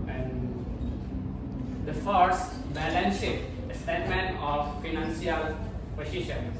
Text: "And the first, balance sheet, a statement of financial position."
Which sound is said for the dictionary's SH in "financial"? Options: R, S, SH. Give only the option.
S